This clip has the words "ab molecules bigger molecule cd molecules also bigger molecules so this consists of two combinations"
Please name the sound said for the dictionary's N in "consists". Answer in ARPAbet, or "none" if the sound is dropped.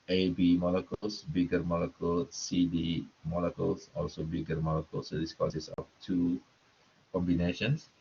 none